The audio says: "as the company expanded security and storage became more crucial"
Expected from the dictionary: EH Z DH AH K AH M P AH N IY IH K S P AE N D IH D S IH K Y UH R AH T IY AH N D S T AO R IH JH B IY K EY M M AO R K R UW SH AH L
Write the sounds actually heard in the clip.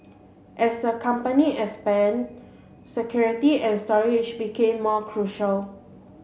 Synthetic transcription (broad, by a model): EH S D AH K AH M P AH N IY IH S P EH N S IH K Y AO R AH T IY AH N S T AO R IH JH B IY K EY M M AO K R UW SH AH L